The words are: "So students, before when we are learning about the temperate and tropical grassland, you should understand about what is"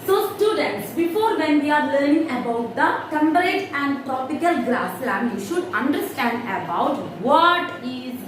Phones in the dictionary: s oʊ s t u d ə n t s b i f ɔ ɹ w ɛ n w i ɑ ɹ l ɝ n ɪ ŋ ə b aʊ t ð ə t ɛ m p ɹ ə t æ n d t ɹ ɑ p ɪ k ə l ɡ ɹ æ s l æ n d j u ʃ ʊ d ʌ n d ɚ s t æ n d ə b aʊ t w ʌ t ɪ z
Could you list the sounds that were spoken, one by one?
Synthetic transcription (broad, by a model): s oʊ s t u d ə n t s b i f ɔ ɹ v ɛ n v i ɑ ɹ l ɝ n ɪ ŋ ə b aʊ t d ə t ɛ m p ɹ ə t æ n d t ɹ ɑ p ɪ k ə l ɡ l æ s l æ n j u ʃ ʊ d ʌ n d ɚ s t æ n d ə b aʊ t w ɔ t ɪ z